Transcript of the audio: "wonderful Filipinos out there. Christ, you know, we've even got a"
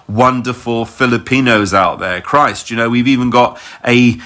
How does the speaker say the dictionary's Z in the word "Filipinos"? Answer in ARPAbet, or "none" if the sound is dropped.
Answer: Z